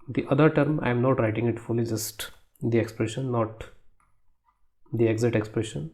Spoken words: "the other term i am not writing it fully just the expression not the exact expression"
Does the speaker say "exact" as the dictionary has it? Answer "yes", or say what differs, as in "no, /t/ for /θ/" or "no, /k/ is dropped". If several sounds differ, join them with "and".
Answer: no, /k/ is dropped